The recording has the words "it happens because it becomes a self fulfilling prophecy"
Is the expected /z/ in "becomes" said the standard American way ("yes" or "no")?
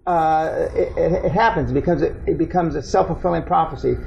yes